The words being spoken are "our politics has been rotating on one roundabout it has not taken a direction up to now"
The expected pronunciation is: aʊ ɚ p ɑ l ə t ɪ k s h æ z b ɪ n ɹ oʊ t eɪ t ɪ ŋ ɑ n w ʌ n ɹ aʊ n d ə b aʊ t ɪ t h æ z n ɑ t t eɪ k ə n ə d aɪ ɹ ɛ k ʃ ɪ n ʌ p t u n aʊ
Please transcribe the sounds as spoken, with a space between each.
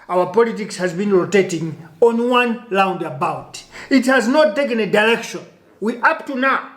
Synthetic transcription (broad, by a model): aʊ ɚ p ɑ l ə t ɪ k s h æ z b ɪ n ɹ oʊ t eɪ t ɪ ŋ ɑ n w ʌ n l aʊ n d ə b aʊ t ɪ t h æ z n ɑ t t eɪ k ə n ə d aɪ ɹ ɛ k ʃ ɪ n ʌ p t u n aʊ